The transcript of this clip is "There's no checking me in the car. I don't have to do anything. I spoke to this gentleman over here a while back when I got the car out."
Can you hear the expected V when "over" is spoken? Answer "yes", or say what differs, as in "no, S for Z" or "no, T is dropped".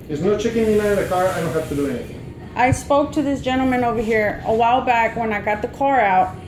yes